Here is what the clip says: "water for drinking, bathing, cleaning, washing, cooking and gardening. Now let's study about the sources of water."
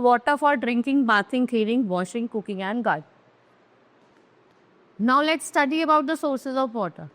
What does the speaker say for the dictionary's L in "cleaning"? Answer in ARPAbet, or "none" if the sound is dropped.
none